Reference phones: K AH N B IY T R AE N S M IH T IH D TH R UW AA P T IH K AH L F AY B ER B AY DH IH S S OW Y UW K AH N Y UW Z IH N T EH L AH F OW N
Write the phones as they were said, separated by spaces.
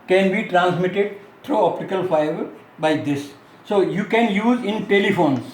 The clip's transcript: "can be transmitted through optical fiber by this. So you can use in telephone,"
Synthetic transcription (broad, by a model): K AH N B IY T R AE N S M IH T IH D T R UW AA P T IH K AH L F AY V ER B AY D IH S S OW Y UW K AH N Y UW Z IH N T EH L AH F OW N